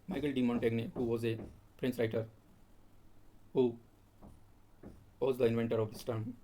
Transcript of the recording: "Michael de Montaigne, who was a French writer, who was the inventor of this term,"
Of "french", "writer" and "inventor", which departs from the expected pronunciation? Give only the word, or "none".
french